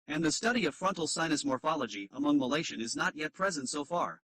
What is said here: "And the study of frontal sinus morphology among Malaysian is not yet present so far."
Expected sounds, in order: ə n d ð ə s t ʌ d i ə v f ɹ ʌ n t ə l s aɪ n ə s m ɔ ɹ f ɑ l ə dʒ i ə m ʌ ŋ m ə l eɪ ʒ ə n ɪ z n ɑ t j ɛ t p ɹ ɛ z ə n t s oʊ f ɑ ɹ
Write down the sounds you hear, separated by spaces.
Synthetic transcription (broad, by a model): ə n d ð ə s t ʌ d i ə v f ɹ ʌ n t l s aɪ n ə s m ɔ ɹ f ɑ l ə dʒ i ə m ʌ ŋ m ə l eɪ ʃ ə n ɪ z n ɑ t j ɛ t p ɹ ɛ z ə n t s oʊ f ɑ ɹ